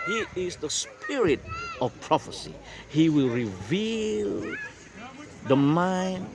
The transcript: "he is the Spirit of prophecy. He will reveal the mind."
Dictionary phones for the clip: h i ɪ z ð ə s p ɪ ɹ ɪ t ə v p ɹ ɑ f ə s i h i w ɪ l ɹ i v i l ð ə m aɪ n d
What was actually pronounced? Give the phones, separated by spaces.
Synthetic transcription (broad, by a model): h i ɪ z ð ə s p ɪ ɹ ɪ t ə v p ɹ ɑ f ə s i h i w ɪ l ɹ i v i l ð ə m aɪ n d